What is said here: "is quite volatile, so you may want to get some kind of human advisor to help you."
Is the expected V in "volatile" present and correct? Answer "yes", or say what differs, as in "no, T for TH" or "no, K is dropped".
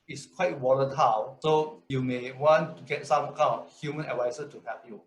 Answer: no, W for V